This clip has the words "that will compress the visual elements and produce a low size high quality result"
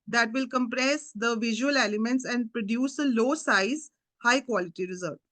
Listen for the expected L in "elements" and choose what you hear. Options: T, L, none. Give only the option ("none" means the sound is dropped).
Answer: none